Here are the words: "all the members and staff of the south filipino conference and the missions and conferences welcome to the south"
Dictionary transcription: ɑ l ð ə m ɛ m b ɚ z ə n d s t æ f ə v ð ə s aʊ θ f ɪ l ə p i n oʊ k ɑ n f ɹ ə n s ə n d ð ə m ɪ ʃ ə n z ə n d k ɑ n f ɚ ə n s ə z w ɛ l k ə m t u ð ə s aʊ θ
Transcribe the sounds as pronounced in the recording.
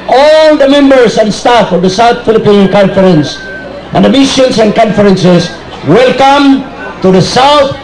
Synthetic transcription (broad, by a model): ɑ l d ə m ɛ m b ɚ s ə n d s t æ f ə v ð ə s aʊ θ f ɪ l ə p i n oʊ k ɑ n f ɹ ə n s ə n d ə m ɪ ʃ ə n s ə n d k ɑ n f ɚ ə n s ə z w ɛ l k ə m t u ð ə s aʊ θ